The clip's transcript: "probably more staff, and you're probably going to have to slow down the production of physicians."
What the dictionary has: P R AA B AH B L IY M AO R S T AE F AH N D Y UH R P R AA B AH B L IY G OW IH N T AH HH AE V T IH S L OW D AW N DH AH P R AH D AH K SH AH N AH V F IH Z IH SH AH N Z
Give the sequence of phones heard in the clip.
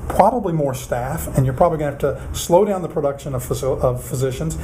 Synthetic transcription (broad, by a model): P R AA B AH B L IY M AO R S T AE F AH N Y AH R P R AA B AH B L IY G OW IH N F T IH S L OW D AW N DH AH P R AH D AH K SH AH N AH V F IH Z IH SH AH N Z